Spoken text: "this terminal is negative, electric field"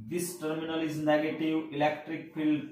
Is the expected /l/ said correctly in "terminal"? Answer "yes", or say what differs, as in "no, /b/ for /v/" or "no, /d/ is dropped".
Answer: yes